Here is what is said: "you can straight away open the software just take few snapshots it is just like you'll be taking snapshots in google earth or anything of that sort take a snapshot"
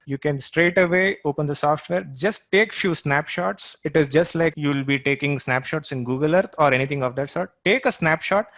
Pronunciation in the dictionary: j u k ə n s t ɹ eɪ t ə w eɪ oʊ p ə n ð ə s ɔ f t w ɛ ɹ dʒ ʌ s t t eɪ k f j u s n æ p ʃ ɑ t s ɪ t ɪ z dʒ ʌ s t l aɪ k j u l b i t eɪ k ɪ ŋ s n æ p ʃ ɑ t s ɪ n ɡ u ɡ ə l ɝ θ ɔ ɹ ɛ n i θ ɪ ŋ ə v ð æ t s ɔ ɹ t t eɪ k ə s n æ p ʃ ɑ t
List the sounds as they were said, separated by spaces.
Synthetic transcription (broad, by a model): j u k ə n s t ɹ eɪ t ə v eɪ oʊ p ə n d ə s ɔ f t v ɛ ɹ dʒ ʌ s t t eɪ k f j u s n æ p ʃ ɑ t s ɪ t ɪ z dʒ ʌ s t l aɪ k j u l b i t eɪ k ɪ ŋ s n æ p ʃ ɑ t s ɪ n ɡ u ɡ ə l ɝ t ɔ ɹ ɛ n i t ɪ ŋ ə v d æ t s ɔ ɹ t t eɪ k ə s n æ p ʃ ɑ t